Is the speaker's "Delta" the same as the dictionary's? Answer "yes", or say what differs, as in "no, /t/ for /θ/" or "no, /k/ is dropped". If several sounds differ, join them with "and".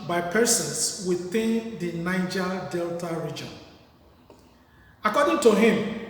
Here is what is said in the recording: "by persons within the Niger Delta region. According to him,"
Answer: yes